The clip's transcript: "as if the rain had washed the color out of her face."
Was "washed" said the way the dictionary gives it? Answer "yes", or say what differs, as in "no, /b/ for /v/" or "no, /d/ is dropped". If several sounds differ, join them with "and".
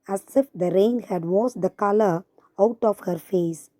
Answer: no, /s/ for /ʃ/